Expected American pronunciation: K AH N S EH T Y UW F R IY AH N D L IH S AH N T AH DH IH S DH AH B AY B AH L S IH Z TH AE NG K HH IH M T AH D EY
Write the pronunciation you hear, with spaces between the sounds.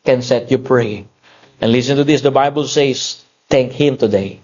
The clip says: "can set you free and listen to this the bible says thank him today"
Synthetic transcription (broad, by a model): K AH N S EH T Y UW P R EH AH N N L IH S AH N T AH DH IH S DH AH B AY B AH L S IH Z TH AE NG K HH IH M T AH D EY